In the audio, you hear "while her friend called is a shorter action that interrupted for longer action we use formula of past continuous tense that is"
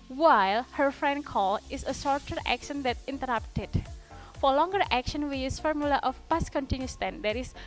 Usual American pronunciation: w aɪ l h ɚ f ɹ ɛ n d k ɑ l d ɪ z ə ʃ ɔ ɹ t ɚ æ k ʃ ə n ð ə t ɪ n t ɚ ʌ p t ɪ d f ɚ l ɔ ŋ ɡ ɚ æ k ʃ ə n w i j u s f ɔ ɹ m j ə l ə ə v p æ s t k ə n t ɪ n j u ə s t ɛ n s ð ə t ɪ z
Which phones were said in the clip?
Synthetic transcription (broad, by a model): w aɪ l h ɚ f ɹ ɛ n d k ɑ l ɪ s ə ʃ ɔ ɹ t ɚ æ k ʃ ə n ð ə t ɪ n t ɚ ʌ p t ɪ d f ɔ l ɔ ŋ ɡ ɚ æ k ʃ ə n w i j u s f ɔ ɹ m j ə l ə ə f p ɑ s k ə n t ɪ n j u s t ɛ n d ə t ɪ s